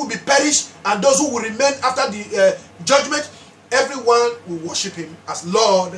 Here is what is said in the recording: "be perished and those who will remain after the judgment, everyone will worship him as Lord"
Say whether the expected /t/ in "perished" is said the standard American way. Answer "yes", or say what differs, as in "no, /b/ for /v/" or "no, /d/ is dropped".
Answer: yes